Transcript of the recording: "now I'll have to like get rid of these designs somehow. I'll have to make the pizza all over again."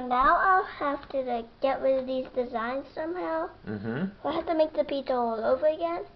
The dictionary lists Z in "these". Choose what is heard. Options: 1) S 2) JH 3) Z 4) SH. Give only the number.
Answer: 3